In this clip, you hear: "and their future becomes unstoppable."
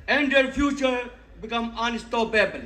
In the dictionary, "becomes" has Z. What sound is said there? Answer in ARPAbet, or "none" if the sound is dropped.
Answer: none